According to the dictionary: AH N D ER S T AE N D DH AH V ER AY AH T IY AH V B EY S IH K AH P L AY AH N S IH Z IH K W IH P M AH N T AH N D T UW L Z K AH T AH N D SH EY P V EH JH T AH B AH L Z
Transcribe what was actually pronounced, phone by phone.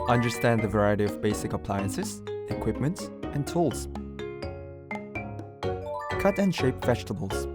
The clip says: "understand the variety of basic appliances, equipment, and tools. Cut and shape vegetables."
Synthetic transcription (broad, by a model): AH N D ER S T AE N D DH AH V ER AY AH T IY AH V B EY S IH K AH P L AY AH N S IH Z IH K W IH P M AH N T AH N T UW L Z K AH T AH N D SH EY P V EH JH T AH B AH L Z